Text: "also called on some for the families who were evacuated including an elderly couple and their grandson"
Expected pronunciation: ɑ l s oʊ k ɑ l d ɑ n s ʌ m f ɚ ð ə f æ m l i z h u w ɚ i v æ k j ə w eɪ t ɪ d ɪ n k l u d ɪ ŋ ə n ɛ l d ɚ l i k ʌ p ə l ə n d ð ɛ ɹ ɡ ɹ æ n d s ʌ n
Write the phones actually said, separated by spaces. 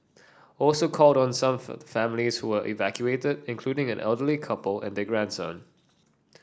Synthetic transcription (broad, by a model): ɑ l s oʊ k ɑ l d ɑ n s ʌ m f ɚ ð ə f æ m l i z h u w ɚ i v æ k j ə eɪ t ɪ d ɪ n k l u d ɪ ŋ ə n ɛ l d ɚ l i k ʌ p ə l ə n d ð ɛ ɡ ɹ æ n d s ʌ n